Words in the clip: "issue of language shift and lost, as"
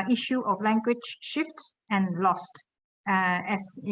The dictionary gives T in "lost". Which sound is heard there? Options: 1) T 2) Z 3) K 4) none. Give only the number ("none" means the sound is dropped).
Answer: 1